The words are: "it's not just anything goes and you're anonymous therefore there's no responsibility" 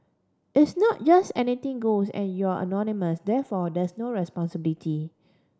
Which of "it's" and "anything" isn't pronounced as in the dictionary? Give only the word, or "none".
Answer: anything